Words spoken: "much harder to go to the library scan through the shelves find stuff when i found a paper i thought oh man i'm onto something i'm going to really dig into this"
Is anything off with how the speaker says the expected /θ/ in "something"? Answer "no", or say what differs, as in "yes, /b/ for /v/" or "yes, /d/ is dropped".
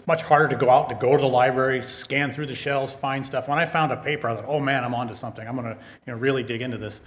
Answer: no